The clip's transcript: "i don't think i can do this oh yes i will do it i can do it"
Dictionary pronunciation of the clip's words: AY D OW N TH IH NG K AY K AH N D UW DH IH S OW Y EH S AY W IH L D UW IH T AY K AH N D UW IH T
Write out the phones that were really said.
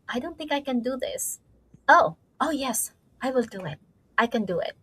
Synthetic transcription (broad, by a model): AY D OW N TH IH NG K AY K AH N D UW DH IH S OW Y EH S AY W IH L D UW IH T AY K AH N D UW IH T